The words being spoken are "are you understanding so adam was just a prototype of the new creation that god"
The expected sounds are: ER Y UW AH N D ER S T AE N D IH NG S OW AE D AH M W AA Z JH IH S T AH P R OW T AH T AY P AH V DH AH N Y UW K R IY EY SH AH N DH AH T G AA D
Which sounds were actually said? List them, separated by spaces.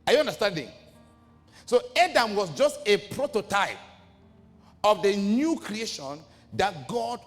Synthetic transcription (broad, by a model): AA Y UW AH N D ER S T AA N D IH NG S OW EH D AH M W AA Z JH IH S T AH P R OW T AH T AY P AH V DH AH N Y UW K R IY EY SH AH N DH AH T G AA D